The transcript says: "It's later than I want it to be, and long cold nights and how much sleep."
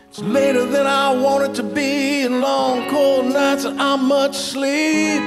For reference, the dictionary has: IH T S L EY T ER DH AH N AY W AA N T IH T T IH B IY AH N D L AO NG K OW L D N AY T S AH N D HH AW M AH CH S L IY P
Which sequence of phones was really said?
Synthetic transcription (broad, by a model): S L EY T ER DH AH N AY W AA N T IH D T IH B IY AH N L AO NG K OW L D N AY T S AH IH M M AH CH S L IY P